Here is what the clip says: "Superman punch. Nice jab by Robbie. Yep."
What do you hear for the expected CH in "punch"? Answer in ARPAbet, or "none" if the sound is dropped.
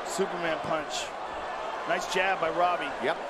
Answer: CH